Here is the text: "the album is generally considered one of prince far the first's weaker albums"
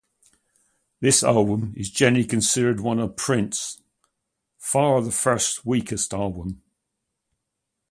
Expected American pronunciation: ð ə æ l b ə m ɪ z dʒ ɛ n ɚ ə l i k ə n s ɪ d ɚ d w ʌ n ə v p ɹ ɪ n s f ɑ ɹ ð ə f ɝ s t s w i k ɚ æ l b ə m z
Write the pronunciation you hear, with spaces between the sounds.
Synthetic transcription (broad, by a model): ð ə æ l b ə m ɪ z dʒ ɛ n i k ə n s ɪ d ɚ d w ʌ n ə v p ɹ ɪ n s f ɑ ɹ ð ə f ɝ s t w i k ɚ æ l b ə m